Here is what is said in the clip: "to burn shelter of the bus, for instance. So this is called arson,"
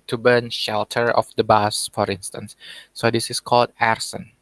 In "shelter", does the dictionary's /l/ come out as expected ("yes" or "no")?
yes